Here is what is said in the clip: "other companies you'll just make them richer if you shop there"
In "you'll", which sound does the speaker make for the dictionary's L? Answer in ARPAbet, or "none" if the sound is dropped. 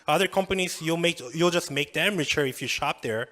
L